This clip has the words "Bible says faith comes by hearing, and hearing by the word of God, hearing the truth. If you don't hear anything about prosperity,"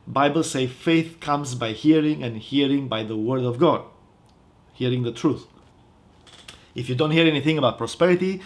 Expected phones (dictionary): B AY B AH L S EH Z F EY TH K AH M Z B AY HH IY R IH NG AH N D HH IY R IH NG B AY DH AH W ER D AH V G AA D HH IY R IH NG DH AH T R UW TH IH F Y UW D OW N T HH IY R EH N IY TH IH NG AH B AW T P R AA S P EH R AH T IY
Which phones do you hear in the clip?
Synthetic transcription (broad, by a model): B AY B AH L S EH F EY TH K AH M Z B AY HH IY R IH NG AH N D HH IY R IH NG B AY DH AH W ER D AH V G AA D HH IY R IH NG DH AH T R UW TH IH F Y UW D OW N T HH IY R EH N IY TH IH NG AH B AW T P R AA S P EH R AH T IY